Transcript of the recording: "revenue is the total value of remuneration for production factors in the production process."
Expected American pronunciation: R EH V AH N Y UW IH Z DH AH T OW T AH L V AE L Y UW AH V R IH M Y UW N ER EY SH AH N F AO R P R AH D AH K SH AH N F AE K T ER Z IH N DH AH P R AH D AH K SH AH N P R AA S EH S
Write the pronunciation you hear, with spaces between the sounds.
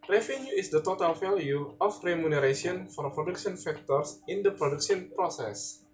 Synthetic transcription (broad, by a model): R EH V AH N Y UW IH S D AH T OW T AH L F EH L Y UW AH F R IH M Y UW N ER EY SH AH N F AO R P R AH D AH K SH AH N F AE K T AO S IH N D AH P R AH D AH K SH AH N P R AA S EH S